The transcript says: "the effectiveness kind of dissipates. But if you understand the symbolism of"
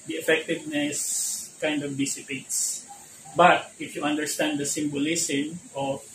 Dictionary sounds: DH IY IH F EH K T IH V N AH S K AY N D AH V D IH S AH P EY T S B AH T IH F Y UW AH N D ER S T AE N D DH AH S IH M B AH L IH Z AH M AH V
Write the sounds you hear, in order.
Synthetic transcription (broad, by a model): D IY IH F EH K T IH V N AH S K AY N D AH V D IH S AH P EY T S B AH T IH F Y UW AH N D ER S T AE N D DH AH S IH M B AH L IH S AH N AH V